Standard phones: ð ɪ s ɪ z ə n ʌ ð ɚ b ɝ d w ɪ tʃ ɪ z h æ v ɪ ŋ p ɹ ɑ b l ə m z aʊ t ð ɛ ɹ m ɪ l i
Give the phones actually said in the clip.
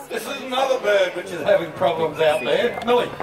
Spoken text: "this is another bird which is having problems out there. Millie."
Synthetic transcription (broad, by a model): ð ɪ s ɪ z ə n ʌ ð ɚ b ɝ d w ɪ tʃ ɪ z h æ v ɪ ŋ p ɹ ɑ b l ə m z aʊ t ð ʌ ɹ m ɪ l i